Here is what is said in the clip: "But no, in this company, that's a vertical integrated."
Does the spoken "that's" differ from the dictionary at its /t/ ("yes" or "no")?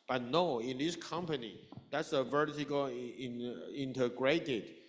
no